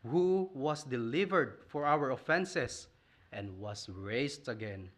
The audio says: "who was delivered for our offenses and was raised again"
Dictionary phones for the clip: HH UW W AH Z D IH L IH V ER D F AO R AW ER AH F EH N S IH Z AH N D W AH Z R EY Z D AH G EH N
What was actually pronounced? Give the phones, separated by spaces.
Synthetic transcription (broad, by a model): HH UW W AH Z D IH L IH V ER D F AO R AW ER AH F EH N S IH S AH N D W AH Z R EY S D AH G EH N